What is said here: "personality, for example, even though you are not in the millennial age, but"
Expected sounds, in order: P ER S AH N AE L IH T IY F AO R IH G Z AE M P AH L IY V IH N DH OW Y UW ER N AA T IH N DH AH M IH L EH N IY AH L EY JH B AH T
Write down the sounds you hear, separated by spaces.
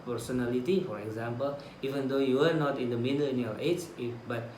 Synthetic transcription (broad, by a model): P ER S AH N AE L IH T IY F AO R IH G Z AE M P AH L IY V IH N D OW Y UW ER N AA T IH N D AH M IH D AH L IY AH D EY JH B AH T